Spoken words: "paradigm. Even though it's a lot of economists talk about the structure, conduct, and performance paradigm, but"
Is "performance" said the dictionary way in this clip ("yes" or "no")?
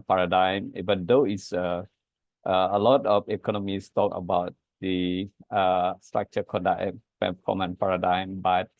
no